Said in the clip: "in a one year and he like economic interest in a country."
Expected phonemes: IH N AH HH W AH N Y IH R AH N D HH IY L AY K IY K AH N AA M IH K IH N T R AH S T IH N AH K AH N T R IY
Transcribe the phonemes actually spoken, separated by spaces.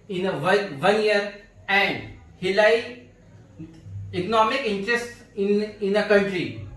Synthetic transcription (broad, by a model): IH N AH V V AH N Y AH R AH N D HH IY L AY IY K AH N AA M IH K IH N T R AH S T IH N AH K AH N T R IY